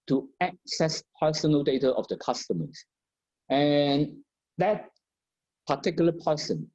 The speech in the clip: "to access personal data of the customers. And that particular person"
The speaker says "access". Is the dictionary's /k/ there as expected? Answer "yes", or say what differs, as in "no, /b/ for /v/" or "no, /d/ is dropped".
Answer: yes